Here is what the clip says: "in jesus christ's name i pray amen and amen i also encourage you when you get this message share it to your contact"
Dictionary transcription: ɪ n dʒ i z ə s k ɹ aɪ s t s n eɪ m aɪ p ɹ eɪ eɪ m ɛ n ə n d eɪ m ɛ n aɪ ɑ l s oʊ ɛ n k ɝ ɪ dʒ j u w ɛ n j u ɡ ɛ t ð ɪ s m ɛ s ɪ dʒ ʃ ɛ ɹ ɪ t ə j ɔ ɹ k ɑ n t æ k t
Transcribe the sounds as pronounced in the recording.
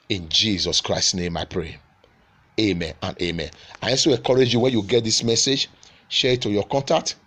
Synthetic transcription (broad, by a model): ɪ n dʒ i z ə s k ɹ aɪ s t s n eɪ m aɪ p ɹ eɪ eɪ m ɛ n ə n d eɪ m ɛ n aɪ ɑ s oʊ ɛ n k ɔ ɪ dʒ j u w ɛ n j u ɡ ɛ t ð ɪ s m ɛ s ɪ dʒ ʃ ɛ ɹ ɪ t ə j ɔ k ɑ n t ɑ k t